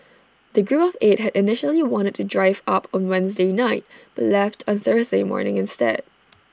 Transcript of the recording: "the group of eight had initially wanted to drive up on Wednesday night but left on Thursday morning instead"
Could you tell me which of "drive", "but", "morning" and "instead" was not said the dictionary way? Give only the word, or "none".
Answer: none